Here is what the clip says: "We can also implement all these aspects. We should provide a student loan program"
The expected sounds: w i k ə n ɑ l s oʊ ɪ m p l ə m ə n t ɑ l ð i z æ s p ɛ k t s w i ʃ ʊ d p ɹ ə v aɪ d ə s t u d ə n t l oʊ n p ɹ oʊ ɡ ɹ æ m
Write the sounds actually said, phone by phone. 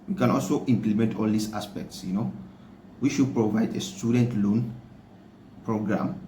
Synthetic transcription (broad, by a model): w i k ə n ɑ l s oʊ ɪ m p l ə m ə n t ɑ l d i s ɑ s p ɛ k t s w i ʃ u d p ɹ ə v aɪ d ə s t u d ə n t l oʊ n p ɹ oʊ ɡ ɹ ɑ m